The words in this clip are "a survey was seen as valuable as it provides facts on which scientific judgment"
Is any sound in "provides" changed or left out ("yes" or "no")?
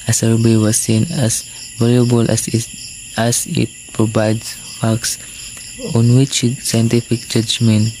yes